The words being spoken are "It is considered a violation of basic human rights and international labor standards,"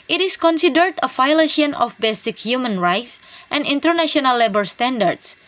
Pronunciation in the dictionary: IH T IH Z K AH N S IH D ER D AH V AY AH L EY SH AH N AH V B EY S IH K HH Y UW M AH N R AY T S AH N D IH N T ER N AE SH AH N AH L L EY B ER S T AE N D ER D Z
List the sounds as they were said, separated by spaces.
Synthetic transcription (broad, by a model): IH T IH S K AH N S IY D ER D AH F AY L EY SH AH N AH F B EY S IH K HH Y UW M AH N R AY T S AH N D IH N T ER N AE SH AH N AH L L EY B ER S T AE N D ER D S